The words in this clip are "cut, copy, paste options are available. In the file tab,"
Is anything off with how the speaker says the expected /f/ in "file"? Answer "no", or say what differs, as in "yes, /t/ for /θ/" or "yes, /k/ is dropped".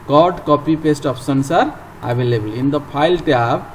yes, /p/ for /f/